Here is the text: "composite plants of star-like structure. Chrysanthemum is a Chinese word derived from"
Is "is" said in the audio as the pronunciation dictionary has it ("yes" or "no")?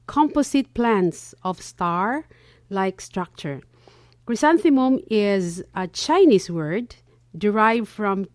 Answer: yes